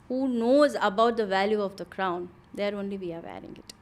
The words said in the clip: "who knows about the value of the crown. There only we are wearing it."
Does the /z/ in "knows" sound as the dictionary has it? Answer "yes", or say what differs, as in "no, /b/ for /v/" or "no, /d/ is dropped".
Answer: yes